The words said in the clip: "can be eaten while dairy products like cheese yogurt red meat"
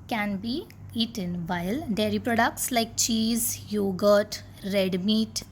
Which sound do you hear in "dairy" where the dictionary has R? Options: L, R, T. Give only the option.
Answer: R